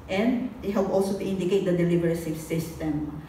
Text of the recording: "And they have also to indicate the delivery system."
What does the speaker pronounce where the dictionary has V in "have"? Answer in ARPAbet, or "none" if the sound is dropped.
P